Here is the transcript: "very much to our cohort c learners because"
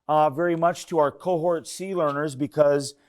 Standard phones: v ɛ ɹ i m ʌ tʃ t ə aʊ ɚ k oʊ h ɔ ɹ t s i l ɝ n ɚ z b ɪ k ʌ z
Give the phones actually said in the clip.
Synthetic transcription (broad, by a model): v ɛ ɹ i m ʌ tʃ t ə aʊ ɚ k oʊ h ɔ ɹ t s i l ɝ n ɚ z b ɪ k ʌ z